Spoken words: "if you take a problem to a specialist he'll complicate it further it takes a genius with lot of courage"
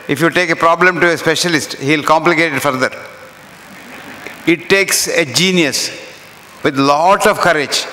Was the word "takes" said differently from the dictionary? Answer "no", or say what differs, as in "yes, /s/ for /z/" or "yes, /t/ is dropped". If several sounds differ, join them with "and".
no